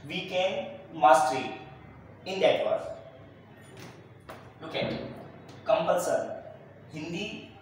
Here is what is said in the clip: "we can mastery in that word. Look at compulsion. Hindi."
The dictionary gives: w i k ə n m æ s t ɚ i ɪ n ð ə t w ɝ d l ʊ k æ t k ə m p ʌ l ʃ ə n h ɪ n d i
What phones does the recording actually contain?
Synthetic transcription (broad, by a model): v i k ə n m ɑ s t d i ɪ n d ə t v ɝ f l ʊ k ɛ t k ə m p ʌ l s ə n h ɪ n d i